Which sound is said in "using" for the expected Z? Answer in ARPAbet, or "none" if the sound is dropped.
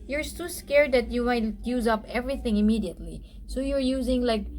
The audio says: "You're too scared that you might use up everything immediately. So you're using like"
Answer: Z